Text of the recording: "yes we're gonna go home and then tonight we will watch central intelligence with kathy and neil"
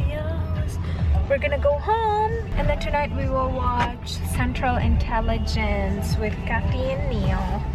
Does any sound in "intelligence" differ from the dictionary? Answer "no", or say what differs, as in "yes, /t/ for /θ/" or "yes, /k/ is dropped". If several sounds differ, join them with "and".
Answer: no